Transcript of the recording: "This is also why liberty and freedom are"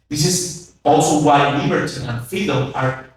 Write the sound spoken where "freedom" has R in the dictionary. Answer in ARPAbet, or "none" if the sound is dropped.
none